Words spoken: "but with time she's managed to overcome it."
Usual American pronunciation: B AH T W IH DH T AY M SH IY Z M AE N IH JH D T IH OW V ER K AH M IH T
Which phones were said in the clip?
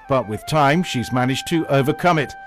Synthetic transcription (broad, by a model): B AH T W IH DH T AY M SH IY Z M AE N IH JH T IH OW V ER K AH M IH T